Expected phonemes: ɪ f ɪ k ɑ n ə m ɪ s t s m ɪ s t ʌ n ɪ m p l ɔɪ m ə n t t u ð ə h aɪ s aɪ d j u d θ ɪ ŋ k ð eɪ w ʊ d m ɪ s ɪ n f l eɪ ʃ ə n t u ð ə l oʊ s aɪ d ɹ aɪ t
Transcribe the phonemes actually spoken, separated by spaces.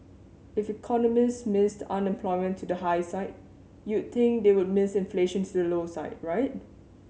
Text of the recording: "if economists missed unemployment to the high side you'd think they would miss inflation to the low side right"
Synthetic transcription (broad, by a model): ɪ f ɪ k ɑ n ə m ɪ s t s m ɪ s t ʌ n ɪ m p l ɔɪ m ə n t t u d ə h aɪ s aɪ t j u d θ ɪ ŋ k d eɪ w ʊ d m ɪ s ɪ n f l eɪ ʃ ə n t u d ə l oʊ s aɪ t ɹ aɪ t